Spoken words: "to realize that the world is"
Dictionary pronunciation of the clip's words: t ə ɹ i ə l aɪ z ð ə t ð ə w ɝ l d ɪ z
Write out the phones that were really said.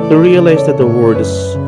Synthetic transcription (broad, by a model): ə ɹ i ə l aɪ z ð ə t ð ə w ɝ d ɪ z